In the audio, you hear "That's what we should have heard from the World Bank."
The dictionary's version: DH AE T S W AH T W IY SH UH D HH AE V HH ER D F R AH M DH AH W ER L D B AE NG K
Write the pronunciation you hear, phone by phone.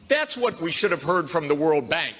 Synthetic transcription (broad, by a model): DH AE T S W AH T W IY SH UH D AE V HH ER D F R AH M DH AH W ER L D B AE NG K